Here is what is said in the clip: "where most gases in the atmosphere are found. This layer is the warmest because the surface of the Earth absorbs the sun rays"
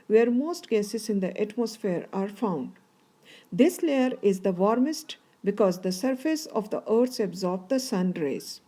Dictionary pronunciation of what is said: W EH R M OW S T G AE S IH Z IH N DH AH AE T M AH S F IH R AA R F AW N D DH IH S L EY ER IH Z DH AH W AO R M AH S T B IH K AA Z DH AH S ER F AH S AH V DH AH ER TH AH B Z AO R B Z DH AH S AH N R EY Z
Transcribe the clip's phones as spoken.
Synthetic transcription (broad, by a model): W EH R M OW S T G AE S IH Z IH N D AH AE T M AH S F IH R AA R F AW N D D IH S L EY ER IH Z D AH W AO R M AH S T B IH K AA Z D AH S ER F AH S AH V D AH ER S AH B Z AO R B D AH S AH N R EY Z